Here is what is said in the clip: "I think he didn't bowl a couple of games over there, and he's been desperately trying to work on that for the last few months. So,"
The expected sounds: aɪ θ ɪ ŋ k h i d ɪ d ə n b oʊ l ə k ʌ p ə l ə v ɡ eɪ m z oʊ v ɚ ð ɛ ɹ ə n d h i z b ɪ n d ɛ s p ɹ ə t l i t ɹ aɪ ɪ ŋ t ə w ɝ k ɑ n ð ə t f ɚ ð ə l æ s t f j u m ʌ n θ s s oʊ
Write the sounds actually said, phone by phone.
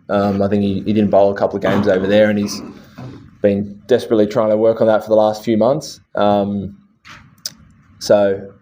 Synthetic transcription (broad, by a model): aɪ θ ɪ ŋ k h i d ɪ d n b oʊ l ə k ʌ p l ə v ɡ eɪ m z oʊ v ɚ ð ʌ ɹ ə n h i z b ɪ n d ɛ s p ɹ ə t l i t ɹ aɪ ɪ ŋ t ə w ɝ k n ð ə t f ɚ ð ə l æ s t f j u m ʌ n θ s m oʊ